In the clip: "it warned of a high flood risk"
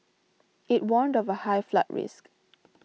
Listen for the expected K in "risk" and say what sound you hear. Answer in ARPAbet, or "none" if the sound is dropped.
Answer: K